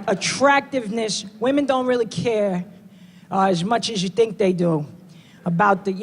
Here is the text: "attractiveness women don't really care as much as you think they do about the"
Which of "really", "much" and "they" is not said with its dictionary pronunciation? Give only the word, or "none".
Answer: none